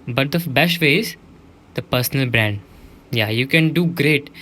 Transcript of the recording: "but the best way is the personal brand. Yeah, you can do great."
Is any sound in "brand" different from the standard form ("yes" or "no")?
no